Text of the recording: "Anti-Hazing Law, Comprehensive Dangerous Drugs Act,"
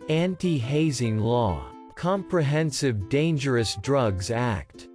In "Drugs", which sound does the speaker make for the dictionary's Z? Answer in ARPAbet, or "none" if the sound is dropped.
Z